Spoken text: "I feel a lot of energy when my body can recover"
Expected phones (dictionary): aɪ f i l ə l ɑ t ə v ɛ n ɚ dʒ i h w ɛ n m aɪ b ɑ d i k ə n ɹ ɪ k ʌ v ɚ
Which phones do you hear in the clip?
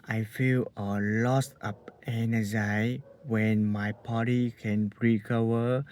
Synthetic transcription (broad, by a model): aɪ f i l ə l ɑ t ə p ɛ n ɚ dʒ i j w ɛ n m aɪ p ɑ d i k ə n ɹ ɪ k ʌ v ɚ